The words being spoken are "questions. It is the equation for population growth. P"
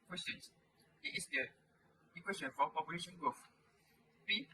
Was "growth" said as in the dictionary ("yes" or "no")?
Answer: no